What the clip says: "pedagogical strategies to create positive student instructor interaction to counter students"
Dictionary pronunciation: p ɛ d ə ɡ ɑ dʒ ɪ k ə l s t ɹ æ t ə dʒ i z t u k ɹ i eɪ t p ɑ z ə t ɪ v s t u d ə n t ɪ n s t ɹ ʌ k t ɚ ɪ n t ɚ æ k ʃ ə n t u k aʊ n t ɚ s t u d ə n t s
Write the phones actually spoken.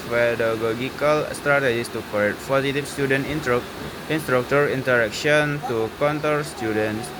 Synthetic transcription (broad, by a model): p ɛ d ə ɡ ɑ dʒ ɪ k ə l s t ɹ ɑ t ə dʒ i s t u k i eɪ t p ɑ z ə t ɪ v s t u d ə n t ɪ n s t ɹ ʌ k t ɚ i n t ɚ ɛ k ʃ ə n t u k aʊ n t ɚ s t u d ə n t s